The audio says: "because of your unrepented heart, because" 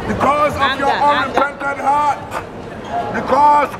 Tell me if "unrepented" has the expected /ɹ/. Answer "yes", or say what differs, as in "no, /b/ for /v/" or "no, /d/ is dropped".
no, /ɹ/ is dropped